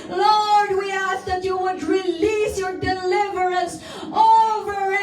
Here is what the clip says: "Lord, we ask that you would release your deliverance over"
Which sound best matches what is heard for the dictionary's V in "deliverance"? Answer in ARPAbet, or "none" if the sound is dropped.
V